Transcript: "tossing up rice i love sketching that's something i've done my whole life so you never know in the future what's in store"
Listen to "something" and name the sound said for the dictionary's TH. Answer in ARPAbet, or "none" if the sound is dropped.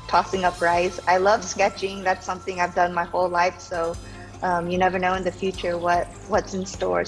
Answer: TH